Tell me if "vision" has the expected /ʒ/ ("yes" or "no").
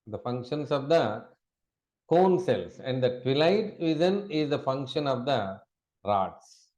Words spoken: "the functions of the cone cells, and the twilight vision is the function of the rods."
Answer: no